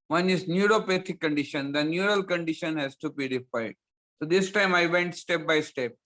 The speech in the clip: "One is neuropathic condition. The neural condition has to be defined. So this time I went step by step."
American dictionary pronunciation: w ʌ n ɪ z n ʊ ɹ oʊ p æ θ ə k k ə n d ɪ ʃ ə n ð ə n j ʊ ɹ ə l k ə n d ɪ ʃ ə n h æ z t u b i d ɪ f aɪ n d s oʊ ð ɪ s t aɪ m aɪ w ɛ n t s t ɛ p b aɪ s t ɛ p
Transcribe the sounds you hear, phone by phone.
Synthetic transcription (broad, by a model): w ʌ n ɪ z n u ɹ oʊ p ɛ t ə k k ə n d ɪ ʃ ə n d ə n j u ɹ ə l k ə n d ɪ ʃ ə n h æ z t u b i d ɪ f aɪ d s oʊ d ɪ s t aɪ m aɪ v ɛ n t s t ɛ p b aɪ s t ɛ p